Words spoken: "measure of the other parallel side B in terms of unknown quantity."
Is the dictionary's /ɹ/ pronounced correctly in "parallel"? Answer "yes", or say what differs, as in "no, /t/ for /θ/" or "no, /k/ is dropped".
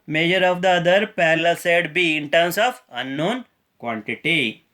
no, /l/ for /ɹ/